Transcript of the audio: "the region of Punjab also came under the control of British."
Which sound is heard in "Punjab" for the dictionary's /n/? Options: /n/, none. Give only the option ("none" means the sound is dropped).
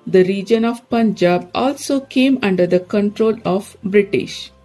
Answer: /n/